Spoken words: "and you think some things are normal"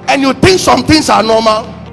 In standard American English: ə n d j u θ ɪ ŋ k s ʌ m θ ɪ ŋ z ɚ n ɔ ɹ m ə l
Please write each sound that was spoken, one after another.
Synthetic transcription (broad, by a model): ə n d j u t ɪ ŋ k s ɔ m t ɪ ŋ s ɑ n ɔ m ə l